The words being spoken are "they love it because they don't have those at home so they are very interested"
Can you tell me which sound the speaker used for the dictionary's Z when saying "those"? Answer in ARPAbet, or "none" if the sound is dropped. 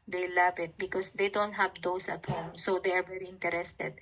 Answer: S